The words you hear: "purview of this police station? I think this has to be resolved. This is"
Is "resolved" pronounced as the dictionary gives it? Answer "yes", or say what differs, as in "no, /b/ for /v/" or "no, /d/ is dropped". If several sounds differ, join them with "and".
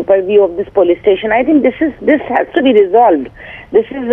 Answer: yes